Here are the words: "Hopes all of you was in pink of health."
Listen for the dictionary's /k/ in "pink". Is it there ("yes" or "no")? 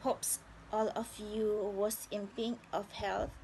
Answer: no